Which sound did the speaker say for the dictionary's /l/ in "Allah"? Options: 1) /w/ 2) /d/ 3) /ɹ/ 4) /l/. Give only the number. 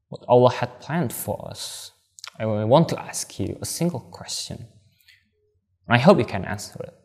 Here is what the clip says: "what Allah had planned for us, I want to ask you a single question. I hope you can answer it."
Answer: 4